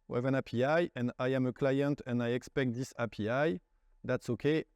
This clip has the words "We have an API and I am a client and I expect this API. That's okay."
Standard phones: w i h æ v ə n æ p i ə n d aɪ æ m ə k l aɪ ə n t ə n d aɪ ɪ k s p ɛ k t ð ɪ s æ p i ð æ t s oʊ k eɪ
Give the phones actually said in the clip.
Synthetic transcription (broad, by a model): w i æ v ə n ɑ p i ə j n aɪ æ m ə k l aɪ ə n t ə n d aɪ ɪ k s p ɛ k t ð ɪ s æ p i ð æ t s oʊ k eɪ